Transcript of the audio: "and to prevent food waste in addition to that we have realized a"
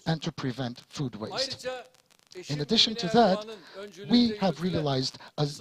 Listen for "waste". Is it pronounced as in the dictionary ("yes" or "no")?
yes